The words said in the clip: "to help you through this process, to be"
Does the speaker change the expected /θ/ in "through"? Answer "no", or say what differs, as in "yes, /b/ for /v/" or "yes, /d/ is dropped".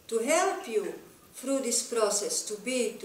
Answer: yes, /f/ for /θ/